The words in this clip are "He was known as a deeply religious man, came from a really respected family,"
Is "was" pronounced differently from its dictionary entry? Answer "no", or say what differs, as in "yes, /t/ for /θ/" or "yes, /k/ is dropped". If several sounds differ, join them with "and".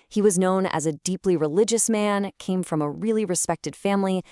no